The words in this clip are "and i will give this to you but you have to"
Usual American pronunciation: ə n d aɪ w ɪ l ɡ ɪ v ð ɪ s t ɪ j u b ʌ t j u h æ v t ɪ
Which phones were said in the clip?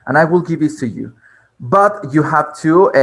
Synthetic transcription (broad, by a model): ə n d aɪ w ɪ l ɡ ɪ v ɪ t ɪ j u b ʌ t j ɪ h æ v t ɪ